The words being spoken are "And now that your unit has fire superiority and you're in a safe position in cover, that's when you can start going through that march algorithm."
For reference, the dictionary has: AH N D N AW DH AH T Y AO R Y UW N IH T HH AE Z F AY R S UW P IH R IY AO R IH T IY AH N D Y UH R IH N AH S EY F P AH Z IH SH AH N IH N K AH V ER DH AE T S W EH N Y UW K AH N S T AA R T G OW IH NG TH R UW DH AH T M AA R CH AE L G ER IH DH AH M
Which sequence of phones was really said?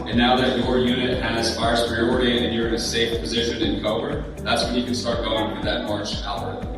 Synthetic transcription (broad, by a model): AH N N AW DH AH T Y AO R Y UW N IH T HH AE S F AY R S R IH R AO R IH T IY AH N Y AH R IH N AH S EY F P AH Z IH SH AH N IH N K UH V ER DH AE T S W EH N Y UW K AH N S T AA R T G OW IH NG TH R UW DH AH T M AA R IH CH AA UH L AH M